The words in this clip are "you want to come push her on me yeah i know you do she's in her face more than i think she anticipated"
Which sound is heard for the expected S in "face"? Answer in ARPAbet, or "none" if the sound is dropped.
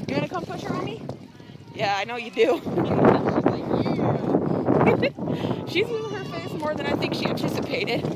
S